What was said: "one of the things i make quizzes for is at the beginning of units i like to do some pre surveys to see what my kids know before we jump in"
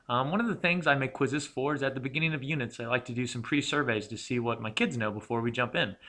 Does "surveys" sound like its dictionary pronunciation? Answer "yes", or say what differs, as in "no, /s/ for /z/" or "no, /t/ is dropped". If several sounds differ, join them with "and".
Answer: yes